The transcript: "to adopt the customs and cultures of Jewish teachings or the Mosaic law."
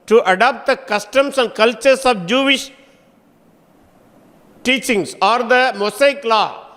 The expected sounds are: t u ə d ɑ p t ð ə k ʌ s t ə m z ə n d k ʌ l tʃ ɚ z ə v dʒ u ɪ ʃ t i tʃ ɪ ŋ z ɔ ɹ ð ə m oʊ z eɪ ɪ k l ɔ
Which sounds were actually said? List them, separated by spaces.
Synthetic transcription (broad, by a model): t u ə d ɑ p t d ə k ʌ s t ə m s ə n d k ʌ l tʃ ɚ s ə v dʒ u ɪ ʃ t i tʃ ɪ ŋ s ɔ ɹ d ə m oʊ s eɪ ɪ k l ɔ